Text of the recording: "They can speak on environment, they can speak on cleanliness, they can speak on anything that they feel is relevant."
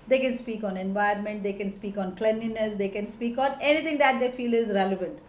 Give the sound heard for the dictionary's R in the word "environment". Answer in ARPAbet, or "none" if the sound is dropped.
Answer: none